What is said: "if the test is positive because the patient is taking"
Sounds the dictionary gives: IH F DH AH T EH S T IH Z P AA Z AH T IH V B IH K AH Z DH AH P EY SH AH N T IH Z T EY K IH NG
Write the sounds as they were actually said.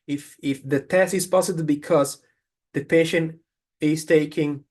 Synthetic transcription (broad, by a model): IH F DH AH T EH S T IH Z P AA S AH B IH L B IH K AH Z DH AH P EY SH AH N T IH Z T EY K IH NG